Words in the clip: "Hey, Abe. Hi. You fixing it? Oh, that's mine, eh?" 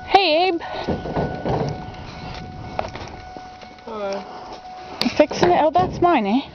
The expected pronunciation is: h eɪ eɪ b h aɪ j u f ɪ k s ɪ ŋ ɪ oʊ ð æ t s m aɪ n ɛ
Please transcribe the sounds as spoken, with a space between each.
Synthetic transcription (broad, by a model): h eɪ eɪ b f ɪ k s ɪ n ɪ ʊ ð æ t s m aɪ n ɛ